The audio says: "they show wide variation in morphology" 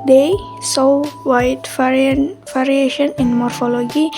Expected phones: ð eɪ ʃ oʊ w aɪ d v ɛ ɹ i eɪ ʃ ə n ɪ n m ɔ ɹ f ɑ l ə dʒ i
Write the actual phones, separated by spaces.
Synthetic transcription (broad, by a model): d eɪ s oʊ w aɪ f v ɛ ɹ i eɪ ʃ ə n ɪ n m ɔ ɹ f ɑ l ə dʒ i